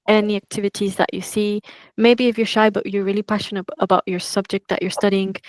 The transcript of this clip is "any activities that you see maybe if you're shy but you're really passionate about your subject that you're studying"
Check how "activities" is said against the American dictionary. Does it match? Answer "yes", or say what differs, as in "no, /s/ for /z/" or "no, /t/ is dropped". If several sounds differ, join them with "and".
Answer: yes